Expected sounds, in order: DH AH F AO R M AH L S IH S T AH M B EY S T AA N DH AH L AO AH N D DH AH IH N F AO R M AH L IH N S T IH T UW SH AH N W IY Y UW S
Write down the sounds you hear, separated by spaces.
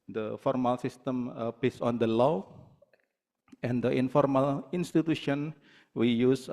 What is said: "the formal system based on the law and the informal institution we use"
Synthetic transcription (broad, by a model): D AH F AO R M AH L S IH S T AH M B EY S AA N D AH L AO AH N D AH IH N F AO R M AH L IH N S T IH T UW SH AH N W IY Y UW S